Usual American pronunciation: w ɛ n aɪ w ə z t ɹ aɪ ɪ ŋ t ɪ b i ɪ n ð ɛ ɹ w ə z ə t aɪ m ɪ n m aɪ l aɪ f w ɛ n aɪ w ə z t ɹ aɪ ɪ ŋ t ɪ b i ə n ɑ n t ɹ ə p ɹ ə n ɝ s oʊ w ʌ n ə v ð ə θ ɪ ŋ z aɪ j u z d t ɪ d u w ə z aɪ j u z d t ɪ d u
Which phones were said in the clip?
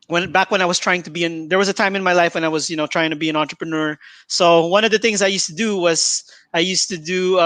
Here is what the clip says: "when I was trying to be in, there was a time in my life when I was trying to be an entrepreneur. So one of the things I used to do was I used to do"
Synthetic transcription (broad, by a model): w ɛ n aɪ w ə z t ɹ aɪ ɪ ŋ t ɪ b i ɪ n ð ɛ ɹ w ə z ə t aɪ m ɪ n m aɪ l aɪ f w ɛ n aɪ w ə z t ɹ aɪ ɪ ŋ t ɪ b i ə n ɑ n t ɹ ə p ɹ ə n ɝ s oʊ w ʌ n ə v ð ə θ ɪ ŋ z aɪ j u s t ɪ d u w ə z aɪ j u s t ɪ d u